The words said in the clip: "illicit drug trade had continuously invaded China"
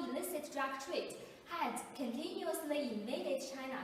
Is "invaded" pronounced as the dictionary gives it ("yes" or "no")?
no